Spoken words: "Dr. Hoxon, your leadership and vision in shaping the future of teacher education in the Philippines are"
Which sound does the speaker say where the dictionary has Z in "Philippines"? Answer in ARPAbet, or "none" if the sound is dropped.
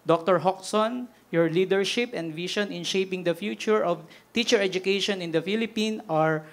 none